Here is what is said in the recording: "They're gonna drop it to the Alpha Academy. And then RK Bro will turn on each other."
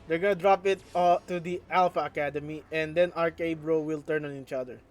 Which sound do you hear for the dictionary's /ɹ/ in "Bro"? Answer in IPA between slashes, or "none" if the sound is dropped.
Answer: /ɹ/